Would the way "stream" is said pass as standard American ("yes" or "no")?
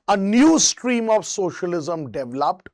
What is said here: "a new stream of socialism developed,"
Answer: yes